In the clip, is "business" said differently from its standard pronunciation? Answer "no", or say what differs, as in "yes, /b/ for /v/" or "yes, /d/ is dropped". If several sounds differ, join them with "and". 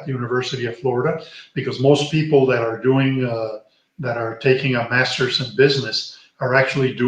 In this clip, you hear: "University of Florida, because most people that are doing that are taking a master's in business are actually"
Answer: no